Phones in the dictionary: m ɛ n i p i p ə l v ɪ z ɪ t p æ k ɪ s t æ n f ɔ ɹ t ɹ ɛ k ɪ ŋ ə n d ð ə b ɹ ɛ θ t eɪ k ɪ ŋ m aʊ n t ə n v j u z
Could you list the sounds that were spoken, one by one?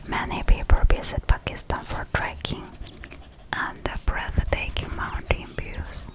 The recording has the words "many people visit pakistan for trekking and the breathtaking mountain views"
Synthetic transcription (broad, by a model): m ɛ n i p i p ə l b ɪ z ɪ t p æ k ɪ s t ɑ n f ɔ ɹ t ɹ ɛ k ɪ ŋ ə n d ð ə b ɹ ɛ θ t eɪ k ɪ ŋ m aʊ n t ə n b j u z